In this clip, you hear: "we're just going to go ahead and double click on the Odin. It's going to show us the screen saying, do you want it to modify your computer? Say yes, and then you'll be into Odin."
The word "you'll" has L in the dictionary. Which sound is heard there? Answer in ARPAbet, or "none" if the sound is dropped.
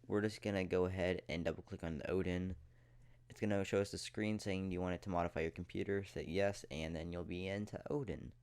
L